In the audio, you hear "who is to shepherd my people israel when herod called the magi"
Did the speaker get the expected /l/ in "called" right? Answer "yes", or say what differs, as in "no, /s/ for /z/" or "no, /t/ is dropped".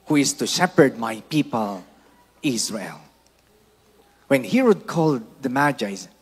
yes